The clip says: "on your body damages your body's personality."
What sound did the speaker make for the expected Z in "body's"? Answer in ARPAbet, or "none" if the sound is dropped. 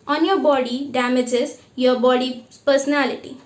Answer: none